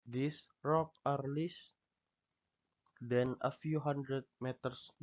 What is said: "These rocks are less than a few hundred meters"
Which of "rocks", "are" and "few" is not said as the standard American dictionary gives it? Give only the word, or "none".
rocks